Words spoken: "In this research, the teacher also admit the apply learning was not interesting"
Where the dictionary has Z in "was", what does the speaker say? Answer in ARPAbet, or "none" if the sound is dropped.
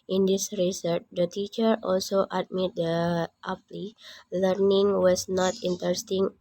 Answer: S